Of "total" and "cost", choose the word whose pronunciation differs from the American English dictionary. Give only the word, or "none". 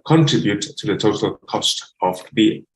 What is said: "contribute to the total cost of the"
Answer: none